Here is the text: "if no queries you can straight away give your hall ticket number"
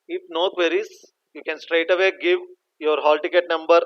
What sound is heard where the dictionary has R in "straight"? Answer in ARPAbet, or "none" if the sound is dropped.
R